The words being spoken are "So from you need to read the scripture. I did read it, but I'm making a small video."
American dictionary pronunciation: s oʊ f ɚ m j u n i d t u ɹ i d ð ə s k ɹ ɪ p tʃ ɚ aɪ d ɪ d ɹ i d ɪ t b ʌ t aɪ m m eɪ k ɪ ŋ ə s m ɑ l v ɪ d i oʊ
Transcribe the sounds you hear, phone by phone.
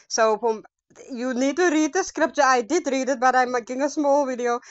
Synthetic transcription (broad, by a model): s oʊ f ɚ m j u n i d t u ɹ i d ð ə s k ɹ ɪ p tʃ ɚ aɪ d ɪ d ɹ i d ɪ t b ʌ t aɪ m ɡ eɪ ɪ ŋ ə s m ɑ l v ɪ d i oʊ